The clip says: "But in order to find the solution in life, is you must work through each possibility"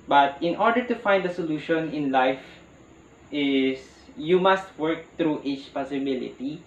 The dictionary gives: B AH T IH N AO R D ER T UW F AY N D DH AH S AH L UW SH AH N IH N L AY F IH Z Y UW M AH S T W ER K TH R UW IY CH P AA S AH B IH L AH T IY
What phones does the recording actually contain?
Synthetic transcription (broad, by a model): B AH T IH N AO R D ER T UW F AY N D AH S AH L UW SH AH N IH N L AY F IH S Y UW M AH S T W ER K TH R UW IY CH P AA S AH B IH L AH T IY